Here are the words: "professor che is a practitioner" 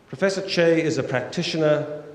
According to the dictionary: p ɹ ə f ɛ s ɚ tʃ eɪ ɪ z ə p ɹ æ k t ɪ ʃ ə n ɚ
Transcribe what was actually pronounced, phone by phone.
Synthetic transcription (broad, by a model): p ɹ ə f ɛ s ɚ tʃ eɪ ɪ z ə p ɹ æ k t ɪ ʃ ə n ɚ